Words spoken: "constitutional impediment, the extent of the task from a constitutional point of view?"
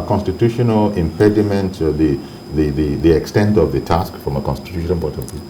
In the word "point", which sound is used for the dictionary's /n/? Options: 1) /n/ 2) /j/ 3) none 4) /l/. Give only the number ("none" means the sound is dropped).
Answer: 3